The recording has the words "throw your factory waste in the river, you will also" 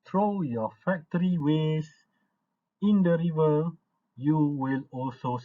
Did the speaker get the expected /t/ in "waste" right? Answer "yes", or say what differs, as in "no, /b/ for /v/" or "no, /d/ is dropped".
no, /t/ is dropped